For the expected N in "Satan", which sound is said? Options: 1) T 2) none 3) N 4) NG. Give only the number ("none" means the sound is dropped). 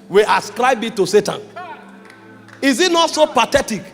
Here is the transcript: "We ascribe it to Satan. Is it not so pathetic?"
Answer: 3